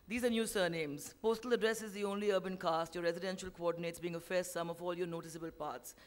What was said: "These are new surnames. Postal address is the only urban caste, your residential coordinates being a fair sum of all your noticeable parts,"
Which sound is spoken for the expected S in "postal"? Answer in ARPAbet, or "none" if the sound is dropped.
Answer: S